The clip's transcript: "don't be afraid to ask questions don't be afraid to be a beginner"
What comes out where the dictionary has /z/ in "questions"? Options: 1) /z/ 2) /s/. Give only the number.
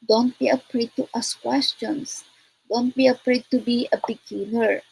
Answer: 2